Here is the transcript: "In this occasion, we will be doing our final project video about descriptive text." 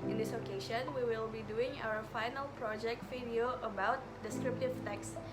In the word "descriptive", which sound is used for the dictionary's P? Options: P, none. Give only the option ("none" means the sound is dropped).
P